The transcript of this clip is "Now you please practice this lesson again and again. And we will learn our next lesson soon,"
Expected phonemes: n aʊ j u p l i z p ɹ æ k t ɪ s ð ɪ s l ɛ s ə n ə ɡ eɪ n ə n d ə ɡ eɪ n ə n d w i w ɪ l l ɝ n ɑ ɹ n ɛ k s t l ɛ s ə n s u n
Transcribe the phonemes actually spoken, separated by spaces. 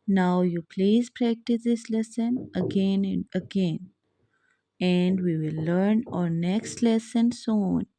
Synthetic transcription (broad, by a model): n aʊ j u p l i z p ɹ æ k t ɪ s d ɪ s l ɛ s ə n ə ɡ eɪ n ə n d ə ɡ eɪ n ə n d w i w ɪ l l ɝ n ɑ ɹ n ɛ k s t l ɛ s ə n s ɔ n